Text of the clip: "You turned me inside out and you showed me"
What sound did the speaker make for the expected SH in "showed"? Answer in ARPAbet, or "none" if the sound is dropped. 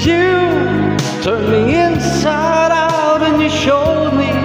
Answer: SH